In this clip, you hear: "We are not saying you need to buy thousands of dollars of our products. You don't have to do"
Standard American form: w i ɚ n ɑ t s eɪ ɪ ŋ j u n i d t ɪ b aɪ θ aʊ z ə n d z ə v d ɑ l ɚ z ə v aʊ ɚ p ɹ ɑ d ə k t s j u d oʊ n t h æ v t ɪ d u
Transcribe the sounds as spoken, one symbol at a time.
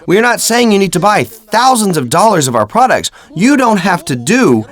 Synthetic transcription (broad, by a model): w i ɚ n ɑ t s eɪ ɪ ŋ j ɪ n i d t ɪ b aɪ θ aʊ z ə n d z ə v d ɑ l ɚ z ə v aʊ ɚ p ɹ ɑ d ə k t s j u d oʊ n t h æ f t ɪ d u